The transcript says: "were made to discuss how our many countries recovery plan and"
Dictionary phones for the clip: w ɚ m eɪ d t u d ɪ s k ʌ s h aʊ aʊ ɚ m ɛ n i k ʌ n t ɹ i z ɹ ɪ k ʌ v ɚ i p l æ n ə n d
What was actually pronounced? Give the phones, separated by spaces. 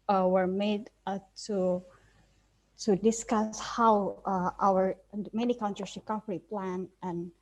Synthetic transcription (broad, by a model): w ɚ m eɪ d t u d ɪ s k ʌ s h aʊ aʊ ɚ m ɛ n i k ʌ n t ɹ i s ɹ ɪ k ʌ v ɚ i p l æ n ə n